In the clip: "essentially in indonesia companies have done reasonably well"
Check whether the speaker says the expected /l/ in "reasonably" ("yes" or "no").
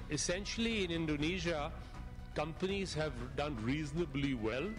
yes